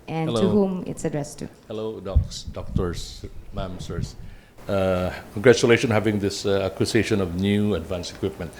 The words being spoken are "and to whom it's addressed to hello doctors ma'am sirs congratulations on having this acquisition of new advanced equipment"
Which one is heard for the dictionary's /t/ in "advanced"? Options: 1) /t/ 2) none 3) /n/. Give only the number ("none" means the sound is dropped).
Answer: 2